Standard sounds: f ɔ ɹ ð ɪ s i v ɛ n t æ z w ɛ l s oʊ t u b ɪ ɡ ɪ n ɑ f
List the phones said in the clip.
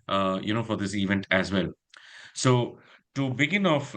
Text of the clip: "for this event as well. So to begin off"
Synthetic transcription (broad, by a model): f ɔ ɹ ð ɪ s i v ɛ n t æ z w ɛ l s oʊ t u b ɪ ɡ ɪ n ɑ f